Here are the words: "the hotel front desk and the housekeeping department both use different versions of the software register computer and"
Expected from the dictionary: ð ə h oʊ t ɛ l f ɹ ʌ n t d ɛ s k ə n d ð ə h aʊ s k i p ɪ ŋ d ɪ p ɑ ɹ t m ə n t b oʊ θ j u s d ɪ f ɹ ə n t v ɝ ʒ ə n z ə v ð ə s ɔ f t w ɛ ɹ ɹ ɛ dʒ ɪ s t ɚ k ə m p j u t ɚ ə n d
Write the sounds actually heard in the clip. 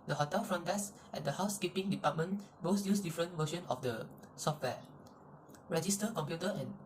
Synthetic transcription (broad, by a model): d ə h oʊ t ɛ l f ɹ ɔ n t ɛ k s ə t d ə h aʊ s k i p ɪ ŋ d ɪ p ɑ t m ə n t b oʊ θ j u s d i f ɹ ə n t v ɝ ʃ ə n ə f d ə s ɔ f t w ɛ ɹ ɹ ɛ dʒ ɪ s t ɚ k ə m p j u t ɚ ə n